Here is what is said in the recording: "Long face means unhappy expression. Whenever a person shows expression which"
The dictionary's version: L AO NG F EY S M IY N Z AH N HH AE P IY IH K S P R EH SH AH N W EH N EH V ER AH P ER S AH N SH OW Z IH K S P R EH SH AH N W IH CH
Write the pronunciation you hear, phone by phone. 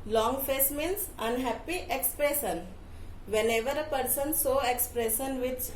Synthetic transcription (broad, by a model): L AO NG F EY S M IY N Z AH N HH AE P IY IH K S P R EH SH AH N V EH N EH V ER AH P ER S AH N S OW IH K S P R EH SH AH N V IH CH